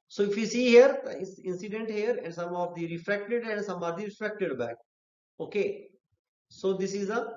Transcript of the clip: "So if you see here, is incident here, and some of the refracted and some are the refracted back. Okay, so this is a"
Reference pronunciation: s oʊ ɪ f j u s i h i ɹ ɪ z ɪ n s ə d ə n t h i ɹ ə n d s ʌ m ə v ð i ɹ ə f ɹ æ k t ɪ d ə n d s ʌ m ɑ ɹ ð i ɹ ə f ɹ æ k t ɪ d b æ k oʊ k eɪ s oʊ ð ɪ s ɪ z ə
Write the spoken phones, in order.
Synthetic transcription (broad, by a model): s oʊ ɪ f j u s i h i ɹ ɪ s ɪ n s ə d ə n t h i ɹ ə n d s ʌ m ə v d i ɹ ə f ɹ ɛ k t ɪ d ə n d s ʌ m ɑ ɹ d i ɹ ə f ɹ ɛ k t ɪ d b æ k oʊ k eɪ s oʊ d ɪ s ɪ z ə